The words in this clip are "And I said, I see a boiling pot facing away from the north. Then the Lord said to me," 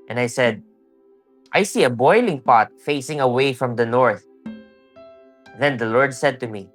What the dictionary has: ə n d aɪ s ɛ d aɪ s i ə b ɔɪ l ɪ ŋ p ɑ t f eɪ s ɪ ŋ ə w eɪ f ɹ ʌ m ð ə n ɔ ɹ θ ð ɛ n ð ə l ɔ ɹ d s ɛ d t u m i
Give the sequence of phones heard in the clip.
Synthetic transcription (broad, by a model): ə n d aɪ s ɛ d aɪ s i ə b ɔɪ l ɪ ŋ p ɑ t f eɪ s ɪ ŋ ə w eɪ f ɹ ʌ m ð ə n ɔ ɹ θ ð ɛ n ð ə l ɔ ɹ d s ɛ d t u m i